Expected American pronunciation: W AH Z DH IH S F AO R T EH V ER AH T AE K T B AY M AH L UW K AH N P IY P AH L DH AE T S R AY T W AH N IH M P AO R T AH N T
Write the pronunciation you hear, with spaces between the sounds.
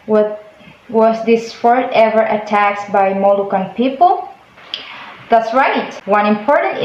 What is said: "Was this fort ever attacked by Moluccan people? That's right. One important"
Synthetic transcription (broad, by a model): W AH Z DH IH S F AO R T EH V ER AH T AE K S B AY M AH L UW K AH N P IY P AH L DH AE T S R AY T W AH N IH M P AO R T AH N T